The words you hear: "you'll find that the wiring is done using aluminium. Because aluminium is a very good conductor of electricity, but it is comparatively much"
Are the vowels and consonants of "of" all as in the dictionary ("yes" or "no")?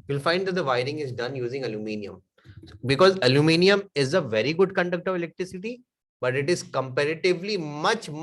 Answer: yes